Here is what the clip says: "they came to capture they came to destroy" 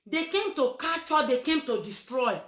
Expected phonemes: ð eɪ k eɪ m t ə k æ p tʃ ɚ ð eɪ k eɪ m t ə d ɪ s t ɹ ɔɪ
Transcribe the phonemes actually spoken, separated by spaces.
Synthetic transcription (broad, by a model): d eɪ k eɪ m t ə k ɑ tʃ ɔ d eɪ k eɪ m t ə d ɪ s t ɹ ɔɪ